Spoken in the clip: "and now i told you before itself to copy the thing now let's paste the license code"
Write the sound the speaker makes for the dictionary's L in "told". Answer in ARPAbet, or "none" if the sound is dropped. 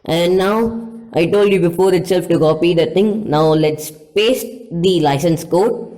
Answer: L